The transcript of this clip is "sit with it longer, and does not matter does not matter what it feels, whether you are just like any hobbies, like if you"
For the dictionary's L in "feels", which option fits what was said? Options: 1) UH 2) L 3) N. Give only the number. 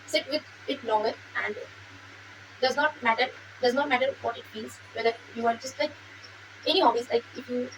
3